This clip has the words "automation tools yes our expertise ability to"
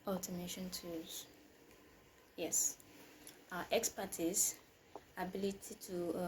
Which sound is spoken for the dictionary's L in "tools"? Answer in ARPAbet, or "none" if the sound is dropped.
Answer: none